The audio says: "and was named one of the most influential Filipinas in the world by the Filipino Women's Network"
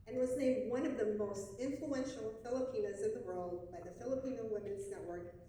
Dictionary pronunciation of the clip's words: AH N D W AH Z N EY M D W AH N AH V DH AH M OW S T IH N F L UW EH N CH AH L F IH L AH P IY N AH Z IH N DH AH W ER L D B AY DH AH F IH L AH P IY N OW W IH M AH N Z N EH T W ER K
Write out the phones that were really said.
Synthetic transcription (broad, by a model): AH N W AH Z N EY M D W AH N AH V DH AH M OW S T IH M F L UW EH N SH L F IH L AH P IY N AH Z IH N DH AH W ER L D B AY DH AH F IH L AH P IY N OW W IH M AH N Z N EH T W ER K